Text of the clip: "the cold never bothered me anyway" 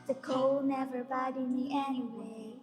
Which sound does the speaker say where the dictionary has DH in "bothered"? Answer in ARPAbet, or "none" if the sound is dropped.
none